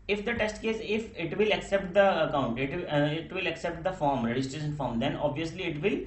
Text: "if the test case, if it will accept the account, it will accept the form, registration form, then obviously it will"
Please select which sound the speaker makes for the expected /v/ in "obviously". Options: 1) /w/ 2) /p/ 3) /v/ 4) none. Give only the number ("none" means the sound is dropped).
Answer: 3